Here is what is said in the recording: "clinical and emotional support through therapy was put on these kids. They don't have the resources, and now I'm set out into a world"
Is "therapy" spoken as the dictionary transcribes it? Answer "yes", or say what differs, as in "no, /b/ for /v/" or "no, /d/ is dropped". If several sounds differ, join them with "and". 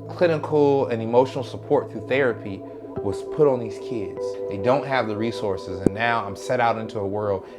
yes